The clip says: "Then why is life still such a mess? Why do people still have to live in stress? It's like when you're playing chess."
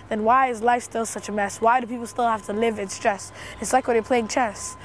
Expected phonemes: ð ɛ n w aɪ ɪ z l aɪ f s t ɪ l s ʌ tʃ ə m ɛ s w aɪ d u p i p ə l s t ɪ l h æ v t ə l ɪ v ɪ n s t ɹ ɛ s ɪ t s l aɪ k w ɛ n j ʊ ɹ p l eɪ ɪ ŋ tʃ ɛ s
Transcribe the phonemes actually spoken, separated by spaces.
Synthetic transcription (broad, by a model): ð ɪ n w aɪ ɪ z l aɪ f s t ɪ l s ʌ tʃ ə m ɛ s w aɪ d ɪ p i p l s t ɪ l h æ f t ə l ɪ v ɪ n s t ɹ ɛ s ɪ t s l aɪ k w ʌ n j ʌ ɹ p l eɪ ɪ ŋ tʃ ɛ s